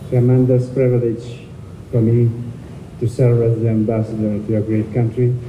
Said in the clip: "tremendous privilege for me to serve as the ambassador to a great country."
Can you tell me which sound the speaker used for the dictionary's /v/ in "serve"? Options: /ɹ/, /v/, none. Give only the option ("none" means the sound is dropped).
none